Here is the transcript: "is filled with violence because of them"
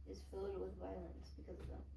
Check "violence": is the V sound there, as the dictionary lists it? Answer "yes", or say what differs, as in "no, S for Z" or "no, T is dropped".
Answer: yes